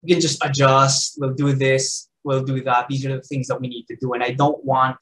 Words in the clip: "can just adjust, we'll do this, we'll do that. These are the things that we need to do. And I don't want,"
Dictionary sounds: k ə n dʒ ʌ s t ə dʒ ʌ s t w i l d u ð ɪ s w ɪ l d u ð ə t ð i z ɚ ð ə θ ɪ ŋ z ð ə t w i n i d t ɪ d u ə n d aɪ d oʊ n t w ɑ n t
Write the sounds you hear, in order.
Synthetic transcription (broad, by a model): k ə n dʒ ʌ s t ə dʒ ʌ s t w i l d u ð ɪ s w ɪ l d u ð ə t ð i z ɚ ð ə θ ɪ ŋ z ð ə t w i n i d t ɪ d u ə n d aɪ d oʊ n t w ɑ n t